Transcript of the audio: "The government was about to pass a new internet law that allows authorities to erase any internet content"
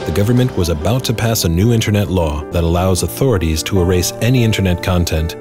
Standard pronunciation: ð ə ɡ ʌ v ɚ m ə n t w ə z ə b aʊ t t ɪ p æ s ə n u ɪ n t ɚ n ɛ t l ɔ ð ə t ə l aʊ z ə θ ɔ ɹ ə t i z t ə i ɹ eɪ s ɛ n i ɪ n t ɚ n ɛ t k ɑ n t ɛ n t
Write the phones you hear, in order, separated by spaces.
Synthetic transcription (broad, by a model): ð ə ɡ ʌ v ɚ m ə n t w ə z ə b aʊ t t ɪ p æ s ə n u ɪ n t ɚ n ɛ t l ɔ ð ə t ə l aʊ z ə θ ɔ ɹ ə t i z t ə i ɹ eɪ s ɛ n i ɪ n t ɚ n ɛ t k ɑ n t ɛ n t